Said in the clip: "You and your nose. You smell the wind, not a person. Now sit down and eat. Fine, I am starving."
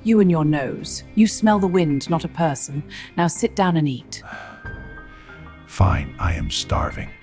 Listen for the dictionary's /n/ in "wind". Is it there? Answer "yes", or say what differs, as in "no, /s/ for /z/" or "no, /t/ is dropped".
yes